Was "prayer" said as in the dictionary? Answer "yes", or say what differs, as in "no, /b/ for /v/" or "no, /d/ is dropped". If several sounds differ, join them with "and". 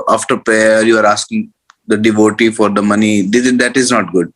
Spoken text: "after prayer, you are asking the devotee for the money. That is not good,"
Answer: no, /ɹ/ is dropped